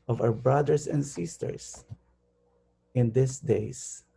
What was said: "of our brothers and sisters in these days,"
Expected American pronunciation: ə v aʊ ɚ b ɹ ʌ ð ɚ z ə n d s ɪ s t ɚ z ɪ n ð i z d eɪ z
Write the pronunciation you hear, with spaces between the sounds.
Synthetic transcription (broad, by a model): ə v aʊ ɚ b ɹ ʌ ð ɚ s ə n d s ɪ s t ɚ s ɪ n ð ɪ s d eɪ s